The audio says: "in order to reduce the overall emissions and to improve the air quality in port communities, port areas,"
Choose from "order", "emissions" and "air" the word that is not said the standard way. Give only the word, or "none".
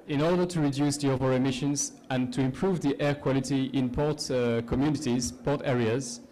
none